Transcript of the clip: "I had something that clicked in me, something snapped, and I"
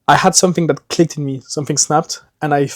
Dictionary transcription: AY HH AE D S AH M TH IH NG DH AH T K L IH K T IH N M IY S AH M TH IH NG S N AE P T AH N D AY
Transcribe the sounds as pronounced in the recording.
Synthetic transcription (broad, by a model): AY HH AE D S AH M TH IH NG DH AH T K L IH K T IH N M IY S AH M TH IH NG S N AE P T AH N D AY